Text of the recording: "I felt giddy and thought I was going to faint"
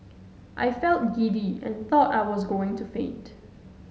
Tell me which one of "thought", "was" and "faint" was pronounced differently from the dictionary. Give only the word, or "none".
faint